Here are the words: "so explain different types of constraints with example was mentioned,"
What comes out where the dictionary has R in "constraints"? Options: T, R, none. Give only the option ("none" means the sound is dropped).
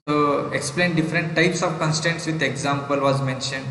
none